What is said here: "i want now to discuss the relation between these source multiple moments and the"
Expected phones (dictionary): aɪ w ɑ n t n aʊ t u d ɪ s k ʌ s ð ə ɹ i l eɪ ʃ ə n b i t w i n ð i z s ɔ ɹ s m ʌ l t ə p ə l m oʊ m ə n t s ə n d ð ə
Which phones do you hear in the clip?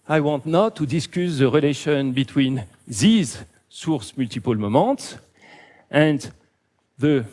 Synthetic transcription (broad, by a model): aɪ w ɑ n t n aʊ t u d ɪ s k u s ð ə ɹ i l eɪ ʃ ə n b i t w i n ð i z s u ɹ s m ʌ l t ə p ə l m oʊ m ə t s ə n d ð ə